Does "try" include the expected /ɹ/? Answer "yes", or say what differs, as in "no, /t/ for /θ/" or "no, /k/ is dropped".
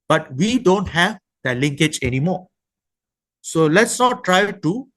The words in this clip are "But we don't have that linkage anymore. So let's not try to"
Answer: yes